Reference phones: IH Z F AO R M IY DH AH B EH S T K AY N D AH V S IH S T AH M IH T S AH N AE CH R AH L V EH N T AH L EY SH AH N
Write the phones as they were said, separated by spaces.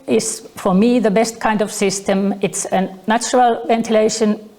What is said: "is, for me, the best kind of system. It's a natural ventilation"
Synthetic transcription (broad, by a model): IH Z F AO R M IY DH AH B EH S T K AY N D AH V S IH S T AH M IH T S AH N AE CH R AH L V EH N T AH L EY SH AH N